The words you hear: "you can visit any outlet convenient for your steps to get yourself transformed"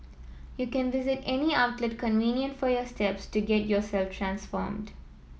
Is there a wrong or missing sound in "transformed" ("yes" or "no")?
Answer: no